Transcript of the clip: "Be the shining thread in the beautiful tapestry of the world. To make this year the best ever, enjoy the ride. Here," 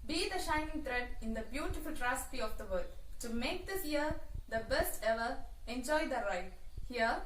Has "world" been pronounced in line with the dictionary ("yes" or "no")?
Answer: no